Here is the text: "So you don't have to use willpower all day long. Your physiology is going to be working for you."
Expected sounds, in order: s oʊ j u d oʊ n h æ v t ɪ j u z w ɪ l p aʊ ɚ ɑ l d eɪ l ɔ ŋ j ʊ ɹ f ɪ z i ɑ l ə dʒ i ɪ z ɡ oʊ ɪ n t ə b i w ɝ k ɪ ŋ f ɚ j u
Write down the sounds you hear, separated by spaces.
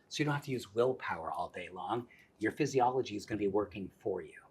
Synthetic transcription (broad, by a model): s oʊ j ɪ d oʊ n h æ f t ɪ j u z w ɪ l p aʊ ɚ ɑ l d eɪ l ɔ ŋ j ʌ ɹ f ɪ z i ɑ l ə dʒ i ɪ z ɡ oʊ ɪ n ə b i w ɝ k ɪ ŋ f ɚ j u